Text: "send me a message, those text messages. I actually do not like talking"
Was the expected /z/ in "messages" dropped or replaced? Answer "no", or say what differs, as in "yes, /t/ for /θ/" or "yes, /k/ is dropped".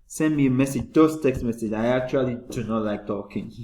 yes, /z/ is dropped